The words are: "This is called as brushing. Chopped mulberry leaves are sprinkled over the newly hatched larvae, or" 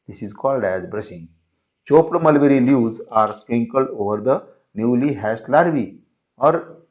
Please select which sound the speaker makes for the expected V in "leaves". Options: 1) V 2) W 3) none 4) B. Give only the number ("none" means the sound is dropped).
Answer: 3